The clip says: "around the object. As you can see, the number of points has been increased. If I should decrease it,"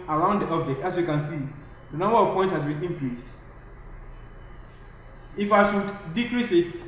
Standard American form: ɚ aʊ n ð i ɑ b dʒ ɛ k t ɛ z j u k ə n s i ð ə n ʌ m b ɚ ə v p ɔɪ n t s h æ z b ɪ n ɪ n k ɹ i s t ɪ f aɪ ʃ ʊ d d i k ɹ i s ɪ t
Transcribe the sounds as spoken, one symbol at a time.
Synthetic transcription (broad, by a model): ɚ aʊ n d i ɑ b dʒ ɛ k t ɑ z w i k ə n s i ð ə n ʌ m b ɚ ə v p ɔɪ n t h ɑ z b ɪ n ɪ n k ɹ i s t ɪ f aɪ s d d i k ɹ i s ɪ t